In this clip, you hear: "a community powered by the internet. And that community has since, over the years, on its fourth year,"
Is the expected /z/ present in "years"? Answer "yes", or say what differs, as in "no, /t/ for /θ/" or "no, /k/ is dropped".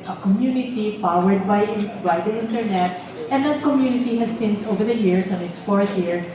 no, /s/ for /z/